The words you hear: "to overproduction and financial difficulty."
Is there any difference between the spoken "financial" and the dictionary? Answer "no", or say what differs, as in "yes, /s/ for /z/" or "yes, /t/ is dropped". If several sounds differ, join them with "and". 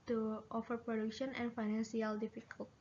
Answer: yes, /s/ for /ʃ/